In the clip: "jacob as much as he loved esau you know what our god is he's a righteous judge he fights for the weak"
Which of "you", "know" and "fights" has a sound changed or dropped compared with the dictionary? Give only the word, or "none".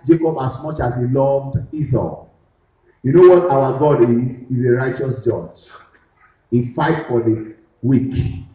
fights